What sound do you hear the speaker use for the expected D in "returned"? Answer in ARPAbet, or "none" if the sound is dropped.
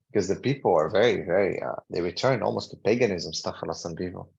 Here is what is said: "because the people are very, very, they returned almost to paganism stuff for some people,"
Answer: none